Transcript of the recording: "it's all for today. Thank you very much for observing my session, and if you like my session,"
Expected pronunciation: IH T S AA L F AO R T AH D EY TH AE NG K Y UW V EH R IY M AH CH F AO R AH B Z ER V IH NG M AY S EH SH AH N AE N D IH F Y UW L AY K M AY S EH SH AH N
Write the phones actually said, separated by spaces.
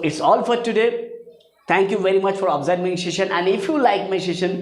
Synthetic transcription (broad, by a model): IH T S AA L F AO R T AH D EY T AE NG K Y UW V EH R IY M AH CH F AO R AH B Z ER IH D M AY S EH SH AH N AE N D IH F Y UW L AY K M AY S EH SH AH N